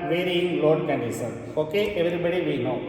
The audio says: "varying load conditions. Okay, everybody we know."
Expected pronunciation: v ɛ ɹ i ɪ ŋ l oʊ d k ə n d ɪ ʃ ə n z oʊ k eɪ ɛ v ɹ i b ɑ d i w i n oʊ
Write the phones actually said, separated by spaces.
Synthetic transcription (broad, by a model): v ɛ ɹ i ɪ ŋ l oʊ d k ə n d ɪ s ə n oʊ k eɪ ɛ v ɹ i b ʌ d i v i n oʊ